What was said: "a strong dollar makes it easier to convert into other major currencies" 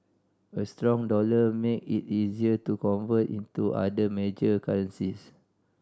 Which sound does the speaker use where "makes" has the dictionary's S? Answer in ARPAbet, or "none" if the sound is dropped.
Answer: none